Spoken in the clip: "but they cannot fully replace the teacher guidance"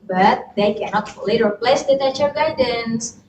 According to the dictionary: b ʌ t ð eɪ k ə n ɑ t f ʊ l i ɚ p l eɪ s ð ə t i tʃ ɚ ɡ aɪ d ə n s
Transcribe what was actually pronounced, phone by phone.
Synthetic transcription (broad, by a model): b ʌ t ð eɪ k ə n ɑ t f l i ɚ p l eɪ s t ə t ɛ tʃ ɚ ɡ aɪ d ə n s